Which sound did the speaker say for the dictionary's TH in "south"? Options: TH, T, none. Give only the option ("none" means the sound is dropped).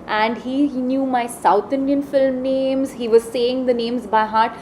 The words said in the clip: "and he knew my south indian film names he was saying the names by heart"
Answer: T